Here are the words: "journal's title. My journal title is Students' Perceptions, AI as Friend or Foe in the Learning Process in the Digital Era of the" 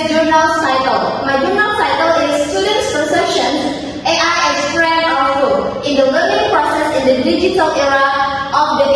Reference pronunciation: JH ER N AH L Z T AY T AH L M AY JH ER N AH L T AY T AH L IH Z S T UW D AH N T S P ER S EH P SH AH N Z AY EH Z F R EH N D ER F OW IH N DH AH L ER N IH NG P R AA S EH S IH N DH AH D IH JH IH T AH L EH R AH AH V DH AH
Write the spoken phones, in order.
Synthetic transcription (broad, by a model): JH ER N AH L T AY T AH L M AY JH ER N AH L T AY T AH L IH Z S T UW D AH N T S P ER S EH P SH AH N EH AY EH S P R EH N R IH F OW IH N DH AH W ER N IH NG P R AA S EH S IH N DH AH D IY JH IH T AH L EH R AH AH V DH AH